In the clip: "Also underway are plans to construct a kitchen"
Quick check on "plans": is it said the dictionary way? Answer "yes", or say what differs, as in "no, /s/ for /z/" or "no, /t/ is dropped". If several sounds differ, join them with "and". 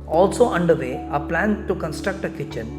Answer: no, /z/ is dropped